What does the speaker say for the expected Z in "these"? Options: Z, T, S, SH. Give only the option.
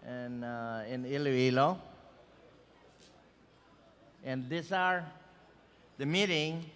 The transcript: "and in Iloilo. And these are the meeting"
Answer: S